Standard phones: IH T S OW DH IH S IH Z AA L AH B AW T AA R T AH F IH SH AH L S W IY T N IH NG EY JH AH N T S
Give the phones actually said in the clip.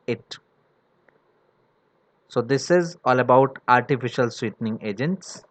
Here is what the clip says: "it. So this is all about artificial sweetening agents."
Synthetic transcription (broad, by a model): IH T S OW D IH S IH Z AA L AH B AW T AA R T AH F IH SH AH L S W IY T N IH NG EY JH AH N T S